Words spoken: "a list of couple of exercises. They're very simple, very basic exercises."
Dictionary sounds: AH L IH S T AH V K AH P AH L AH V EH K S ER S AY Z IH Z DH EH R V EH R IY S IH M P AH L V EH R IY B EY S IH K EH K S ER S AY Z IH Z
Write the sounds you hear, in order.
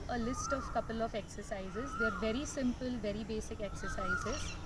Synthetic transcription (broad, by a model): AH L IH S T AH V K AH P AH L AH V EH K S ER S AY Z IH Z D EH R V EH R IY S IH M P AH L V EH R IY B EY S IH K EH K S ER S AY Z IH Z